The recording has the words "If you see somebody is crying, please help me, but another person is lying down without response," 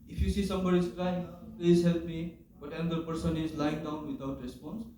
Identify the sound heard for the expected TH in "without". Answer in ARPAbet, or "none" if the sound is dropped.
T